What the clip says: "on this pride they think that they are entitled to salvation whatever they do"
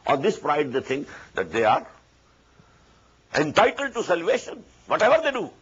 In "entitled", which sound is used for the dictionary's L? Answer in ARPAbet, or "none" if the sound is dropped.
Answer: L